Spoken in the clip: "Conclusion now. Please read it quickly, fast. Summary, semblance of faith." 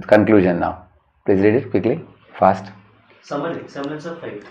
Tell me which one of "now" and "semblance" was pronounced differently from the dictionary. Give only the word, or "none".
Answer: semblance